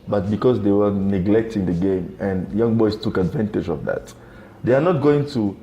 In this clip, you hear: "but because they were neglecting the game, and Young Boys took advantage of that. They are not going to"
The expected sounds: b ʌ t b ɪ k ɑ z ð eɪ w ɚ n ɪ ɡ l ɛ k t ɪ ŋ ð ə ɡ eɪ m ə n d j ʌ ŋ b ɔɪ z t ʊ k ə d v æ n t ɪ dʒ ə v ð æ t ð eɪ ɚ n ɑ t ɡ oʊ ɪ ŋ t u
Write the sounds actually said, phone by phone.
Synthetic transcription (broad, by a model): b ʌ t b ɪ k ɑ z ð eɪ w ɚ n ɪ ɡ l ɛ k t ɪ ŋ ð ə ɡ eɪ m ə n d j ʌ ŋ b ɔɪ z t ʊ k ə d v æ n t ɪ dʒ ə v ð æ t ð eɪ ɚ n ɑ t ɡ oʊ ɪ ŋ t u